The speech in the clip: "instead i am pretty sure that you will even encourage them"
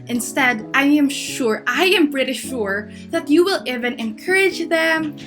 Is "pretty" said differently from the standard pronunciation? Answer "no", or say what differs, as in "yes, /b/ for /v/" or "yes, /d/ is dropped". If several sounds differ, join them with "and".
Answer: yes, /b/ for /p/